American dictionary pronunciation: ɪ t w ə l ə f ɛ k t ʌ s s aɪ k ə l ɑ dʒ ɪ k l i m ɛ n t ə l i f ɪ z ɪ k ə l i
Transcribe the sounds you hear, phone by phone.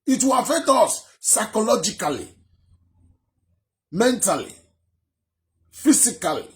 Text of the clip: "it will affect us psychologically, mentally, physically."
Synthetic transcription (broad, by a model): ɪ t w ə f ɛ t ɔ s s aɪ k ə l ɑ dʒ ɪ k l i m ɛ n t ə l i f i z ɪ k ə l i